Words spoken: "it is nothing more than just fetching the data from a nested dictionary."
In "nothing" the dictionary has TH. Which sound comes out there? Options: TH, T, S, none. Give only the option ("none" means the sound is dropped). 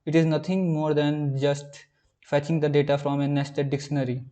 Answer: T